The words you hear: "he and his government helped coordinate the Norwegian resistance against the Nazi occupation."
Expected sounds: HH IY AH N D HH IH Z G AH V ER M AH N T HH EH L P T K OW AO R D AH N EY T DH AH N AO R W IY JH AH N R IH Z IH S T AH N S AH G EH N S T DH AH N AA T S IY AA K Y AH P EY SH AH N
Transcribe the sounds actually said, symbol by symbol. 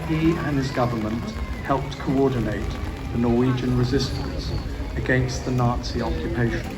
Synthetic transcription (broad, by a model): HH IY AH N IH Z G AH V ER M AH N T HH EH L P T K OW AO D N EY T DH AH N AO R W IY JH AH N R IH Z IH S T AH N S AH G EH N S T DH AH N AA T S IY AA K Y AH P EY SH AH N